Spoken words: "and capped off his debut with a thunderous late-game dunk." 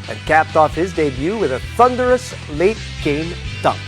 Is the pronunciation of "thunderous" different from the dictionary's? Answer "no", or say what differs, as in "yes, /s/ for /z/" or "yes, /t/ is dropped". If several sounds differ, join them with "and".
no